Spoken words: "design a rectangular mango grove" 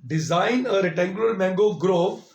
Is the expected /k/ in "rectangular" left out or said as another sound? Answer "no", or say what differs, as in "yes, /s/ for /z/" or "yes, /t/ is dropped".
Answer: yes, /k/ is dropped